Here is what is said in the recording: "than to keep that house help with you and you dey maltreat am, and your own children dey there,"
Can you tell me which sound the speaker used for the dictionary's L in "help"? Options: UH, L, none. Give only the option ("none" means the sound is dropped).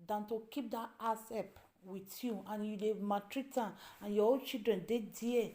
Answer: none